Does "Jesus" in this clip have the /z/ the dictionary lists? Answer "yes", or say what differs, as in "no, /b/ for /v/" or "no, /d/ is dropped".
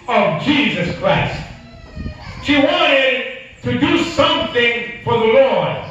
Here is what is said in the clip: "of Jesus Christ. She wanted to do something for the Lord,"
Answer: yes